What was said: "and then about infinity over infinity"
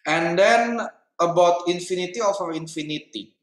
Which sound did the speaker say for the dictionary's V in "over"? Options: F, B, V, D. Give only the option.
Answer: F